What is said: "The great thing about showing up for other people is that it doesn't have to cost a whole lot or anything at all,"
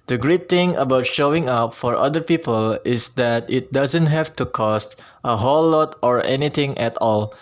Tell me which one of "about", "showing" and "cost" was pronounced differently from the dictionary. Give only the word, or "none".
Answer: none